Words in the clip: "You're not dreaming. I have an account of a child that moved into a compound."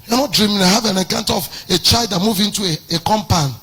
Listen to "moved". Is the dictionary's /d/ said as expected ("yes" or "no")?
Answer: no